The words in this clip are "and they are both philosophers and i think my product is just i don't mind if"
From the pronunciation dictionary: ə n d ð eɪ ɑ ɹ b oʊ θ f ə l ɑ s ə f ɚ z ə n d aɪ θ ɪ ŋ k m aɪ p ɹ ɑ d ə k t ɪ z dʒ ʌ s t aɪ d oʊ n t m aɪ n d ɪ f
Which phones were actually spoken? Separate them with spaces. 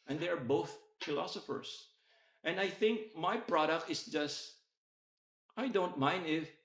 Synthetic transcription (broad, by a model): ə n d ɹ ɑ ɹ b oʊ θ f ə l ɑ s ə f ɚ s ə n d aɪ θ ɪ ŋ k m aɪ p ɹ ɑ d ə k t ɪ s dʒ ʌ s t aɪ d oʊ n t m aɪ n d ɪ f